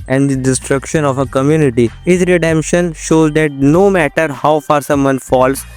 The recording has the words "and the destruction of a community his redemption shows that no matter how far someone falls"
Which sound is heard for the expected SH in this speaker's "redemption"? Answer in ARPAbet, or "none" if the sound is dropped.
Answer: SH